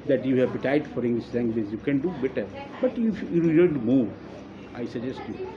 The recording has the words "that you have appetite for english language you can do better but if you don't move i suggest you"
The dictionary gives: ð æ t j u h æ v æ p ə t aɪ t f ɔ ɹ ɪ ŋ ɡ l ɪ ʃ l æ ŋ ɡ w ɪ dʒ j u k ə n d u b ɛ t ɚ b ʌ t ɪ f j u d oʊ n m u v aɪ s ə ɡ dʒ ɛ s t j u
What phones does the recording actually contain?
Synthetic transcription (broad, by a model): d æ t j u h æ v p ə t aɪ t f ɔ ɹ ɪ ŋ ɡ l ɪ ʃ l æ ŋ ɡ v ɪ z j u k ə n d u b ɛ t ɚ b ʌ t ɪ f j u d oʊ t m u v aɪ s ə dʒ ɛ s t j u